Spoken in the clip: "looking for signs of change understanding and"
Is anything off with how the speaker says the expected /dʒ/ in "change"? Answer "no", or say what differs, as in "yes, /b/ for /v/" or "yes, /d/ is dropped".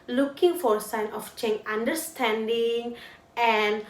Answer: yes, /dʒ/ is dropped